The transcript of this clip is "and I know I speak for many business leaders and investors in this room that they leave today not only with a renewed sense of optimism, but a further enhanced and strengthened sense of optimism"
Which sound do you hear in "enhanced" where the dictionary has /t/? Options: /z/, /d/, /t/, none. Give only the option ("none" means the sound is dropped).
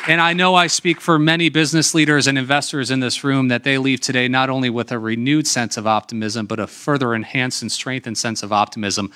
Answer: none